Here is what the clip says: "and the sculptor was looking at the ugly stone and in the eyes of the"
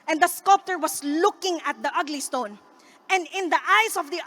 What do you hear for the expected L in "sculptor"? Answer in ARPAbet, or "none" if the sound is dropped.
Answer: L